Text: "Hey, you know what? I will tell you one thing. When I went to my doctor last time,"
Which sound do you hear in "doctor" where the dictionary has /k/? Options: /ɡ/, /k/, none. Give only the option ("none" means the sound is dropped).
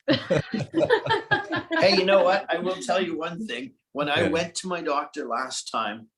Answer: /k/